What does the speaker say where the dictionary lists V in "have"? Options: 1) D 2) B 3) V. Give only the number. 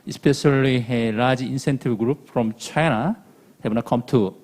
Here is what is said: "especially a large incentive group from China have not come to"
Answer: 2